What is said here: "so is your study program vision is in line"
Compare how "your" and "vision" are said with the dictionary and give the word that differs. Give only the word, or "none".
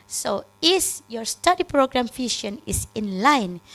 vision